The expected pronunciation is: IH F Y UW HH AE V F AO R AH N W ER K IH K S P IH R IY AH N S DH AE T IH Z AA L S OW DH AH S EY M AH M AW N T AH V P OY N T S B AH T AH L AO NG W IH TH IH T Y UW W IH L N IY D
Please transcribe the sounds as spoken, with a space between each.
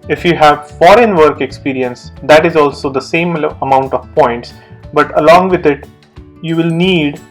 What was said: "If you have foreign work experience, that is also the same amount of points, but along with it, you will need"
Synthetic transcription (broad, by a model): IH F Y UW HH AE V F AO R AH N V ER K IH K S P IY R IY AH N S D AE T IH Z AA L S OW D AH S EY M AH M AW N T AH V P OY N T S B AH T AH L AO NG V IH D IH T Y UW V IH L N IY D